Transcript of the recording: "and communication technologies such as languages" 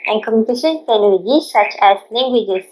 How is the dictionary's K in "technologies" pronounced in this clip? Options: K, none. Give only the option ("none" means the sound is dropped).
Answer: none